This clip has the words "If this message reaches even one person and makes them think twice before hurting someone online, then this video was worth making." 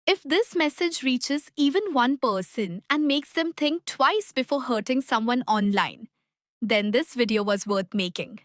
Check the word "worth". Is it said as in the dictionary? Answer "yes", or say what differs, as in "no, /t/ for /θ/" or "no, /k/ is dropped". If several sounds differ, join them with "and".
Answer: no, /t/ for /θ/